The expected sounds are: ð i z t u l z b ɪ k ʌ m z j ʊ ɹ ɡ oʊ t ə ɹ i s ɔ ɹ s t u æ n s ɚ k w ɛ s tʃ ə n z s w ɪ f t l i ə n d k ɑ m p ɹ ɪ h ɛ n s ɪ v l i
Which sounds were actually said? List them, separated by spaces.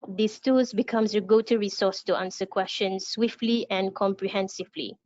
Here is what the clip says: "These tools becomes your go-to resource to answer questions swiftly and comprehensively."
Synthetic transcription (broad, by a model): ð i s t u z b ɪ k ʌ m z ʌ ɡ oʊ t ə ɹ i s ɔ s t u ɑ n s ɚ k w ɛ s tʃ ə n s w ɪ f t l i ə n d k ɑ m p ɹ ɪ h ɛ n s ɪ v l i